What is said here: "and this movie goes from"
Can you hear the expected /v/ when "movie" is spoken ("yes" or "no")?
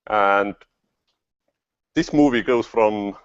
yes